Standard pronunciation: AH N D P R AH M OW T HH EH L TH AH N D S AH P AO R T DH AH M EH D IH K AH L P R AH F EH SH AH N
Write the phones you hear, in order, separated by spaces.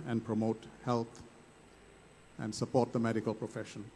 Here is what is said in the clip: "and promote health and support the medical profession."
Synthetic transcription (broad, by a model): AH N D P R AH M OW T HH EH L T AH N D S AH P AO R T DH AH M EH D IH K AH L P R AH F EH SH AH N